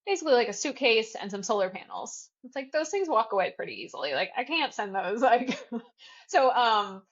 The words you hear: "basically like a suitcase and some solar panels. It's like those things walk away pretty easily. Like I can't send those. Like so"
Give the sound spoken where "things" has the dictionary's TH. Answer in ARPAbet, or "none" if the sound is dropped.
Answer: TH